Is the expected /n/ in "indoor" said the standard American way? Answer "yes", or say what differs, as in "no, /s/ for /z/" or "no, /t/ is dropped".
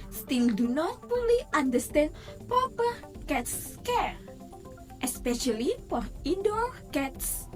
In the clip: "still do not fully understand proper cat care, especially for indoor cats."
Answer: no, /n/ is dropped